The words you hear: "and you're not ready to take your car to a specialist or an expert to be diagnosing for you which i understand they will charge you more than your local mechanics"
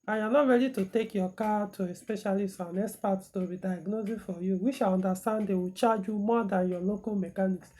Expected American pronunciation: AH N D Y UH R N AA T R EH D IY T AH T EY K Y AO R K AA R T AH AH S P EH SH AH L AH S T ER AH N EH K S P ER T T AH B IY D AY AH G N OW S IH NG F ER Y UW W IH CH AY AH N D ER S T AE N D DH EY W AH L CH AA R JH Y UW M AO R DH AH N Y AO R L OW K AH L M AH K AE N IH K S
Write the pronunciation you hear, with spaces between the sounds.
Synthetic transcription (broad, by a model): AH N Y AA N AA T R EH D IY T AH T EY K Y AO K AA T AH AH S P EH SH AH L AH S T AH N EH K S P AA T T AH B IY D AY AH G N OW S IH F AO Y UW W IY SH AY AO N D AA S T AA N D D EY W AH CH AA JH Y UW M AO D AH N Y AO L OW K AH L M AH K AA N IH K S